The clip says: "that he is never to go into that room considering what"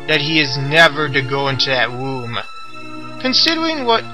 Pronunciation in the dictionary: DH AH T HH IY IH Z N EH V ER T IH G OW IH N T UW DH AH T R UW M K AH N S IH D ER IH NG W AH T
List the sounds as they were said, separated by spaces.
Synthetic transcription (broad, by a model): DH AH T HH IY IH Z N EH V ER T IH G OW IH N T UW DH AH T W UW M K AH N S IH D ER IH NG W AH T